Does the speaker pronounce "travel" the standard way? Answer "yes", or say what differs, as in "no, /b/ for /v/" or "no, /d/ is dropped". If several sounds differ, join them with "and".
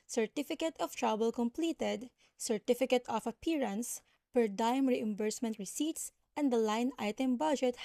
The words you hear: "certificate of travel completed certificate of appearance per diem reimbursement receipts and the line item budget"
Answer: no, /b/ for /v/